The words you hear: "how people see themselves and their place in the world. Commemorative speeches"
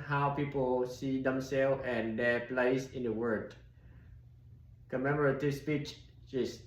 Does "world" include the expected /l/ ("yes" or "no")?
no